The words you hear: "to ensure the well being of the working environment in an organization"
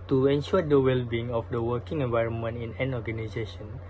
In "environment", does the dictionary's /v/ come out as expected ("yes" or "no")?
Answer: yes